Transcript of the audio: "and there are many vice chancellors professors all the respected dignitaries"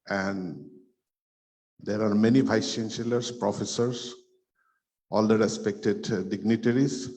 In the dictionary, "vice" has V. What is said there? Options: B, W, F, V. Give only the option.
B